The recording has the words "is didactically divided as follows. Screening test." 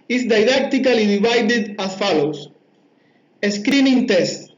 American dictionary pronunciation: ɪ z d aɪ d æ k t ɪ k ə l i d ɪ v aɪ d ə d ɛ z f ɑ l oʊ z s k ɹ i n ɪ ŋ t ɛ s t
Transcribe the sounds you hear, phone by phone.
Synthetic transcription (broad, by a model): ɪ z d aɪ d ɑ k t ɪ k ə l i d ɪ b aɪ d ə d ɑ f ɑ l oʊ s s k ɹ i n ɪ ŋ t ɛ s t